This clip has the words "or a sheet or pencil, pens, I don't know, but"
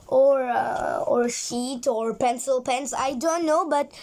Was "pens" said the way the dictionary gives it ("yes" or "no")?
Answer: no